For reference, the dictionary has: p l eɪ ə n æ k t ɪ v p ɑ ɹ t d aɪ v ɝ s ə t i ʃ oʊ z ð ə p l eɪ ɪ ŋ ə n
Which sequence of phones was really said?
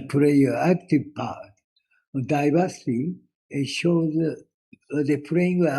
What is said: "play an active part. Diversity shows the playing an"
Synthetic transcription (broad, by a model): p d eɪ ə æ k t ɪ v p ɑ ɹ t d aɪ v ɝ s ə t i ʃ oʊ z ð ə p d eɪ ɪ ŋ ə